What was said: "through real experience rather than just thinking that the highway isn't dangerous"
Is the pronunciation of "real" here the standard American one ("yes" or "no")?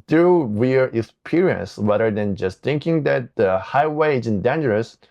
no